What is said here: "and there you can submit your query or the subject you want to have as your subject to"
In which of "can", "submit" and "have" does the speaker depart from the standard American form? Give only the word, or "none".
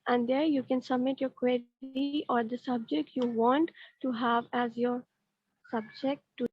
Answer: none